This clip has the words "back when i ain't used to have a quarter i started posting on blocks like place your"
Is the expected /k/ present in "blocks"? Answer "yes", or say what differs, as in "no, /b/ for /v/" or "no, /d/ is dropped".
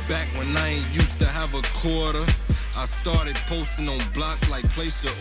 yes